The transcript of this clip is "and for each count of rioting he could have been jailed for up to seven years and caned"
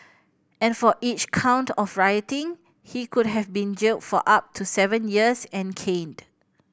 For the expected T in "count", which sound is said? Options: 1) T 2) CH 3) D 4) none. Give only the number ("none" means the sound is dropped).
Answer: 1